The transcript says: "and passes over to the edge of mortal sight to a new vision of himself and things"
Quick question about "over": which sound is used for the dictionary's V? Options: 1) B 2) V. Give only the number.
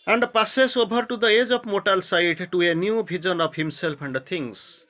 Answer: 1